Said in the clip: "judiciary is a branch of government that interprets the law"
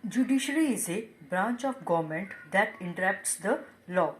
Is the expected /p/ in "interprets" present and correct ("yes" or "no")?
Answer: no